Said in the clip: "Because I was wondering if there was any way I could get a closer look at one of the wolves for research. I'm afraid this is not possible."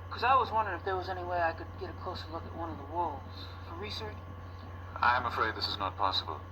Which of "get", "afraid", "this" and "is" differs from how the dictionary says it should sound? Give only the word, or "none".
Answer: none